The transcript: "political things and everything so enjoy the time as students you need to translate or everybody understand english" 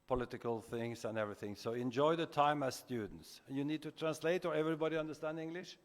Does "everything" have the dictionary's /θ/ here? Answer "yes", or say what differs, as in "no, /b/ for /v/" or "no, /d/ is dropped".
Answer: yes